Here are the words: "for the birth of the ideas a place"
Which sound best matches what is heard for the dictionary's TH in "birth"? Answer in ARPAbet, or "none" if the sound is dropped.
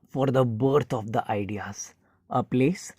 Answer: T